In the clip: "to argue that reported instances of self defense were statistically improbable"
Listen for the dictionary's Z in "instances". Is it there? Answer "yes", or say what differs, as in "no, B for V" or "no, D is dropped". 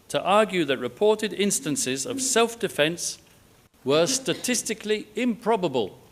yes